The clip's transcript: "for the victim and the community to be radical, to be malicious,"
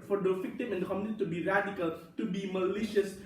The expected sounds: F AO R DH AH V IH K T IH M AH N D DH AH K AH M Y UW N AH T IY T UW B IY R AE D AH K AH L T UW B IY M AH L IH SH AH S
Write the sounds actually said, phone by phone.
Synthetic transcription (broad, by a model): F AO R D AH F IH K T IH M AH N D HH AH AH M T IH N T T UW B IY R AE D AH K AH L T UW B IY M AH L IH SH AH S